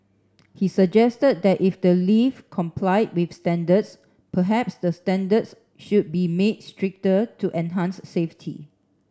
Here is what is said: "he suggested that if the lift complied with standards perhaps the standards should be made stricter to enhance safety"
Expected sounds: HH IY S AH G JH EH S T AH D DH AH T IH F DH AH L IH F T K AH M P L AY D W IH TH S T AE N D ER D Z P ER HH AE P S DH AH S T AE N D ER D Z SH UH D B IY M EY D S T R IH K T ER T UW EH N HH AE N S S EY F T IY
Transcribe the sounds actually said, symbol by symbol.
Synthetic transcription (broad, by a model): HH IY S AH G JH EH S T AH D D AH T IH F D AH L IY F K AH M P L AY D W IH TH S T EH N D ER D S P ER HH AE P S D AH S T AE N D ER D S SH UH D B IY M EY D S T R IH K T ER T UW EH N HH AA N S S EY F T IY